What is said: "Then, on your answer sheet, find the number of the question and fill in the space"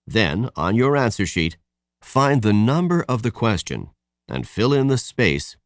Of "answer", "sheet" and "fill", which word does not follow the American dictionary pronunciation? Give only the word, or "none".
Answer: none